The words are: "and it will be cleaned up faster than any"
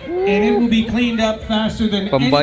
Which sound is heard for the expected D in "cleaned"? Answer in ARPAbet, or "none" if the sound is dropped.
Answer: D